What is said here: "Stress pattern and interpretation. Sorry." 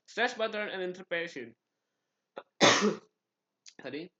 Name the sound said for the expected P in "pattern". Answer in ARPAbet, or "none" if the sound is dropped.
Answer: B